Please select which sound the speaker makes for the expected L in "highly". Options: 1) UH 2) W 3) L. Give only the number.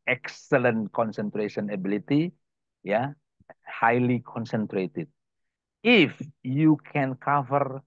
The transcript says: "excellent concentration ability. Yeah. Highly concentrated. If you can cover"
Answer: 3